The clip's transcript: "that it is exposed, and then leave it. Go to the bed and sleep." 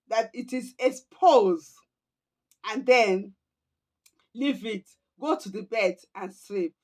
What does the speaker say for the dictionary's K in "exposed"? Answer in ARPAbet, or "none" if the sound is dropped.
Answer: none